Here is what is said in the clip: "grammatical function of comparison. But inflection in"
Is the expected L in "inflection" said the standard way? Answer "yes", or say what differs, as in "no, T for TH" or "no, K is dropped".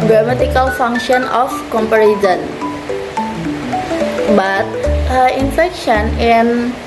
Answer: no, L is dropped